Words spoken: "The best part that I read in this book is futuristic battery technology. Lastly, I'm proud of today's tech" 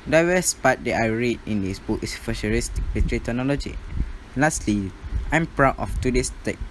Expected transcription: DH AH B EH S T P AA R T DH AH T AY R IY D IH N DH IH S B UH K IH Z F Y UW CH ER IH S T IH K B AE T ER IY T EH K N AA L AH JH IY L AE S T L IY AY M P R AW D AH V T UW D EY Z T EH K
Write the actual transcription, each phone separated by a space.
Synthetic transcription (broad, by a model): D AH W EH S P AA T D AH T AY R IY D IH N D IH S B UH K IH S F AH SH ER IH S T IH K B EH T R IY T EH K N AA L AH JH IY L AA S T L IY AY M P R AW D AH F T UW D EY S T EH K